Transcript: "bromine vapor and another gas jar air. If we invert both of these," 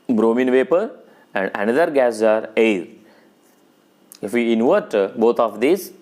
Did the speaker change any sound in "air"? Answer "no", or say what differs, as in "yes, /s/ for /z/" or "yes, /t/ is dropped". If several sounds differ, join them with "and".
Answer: yes, /l/ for /ɹ/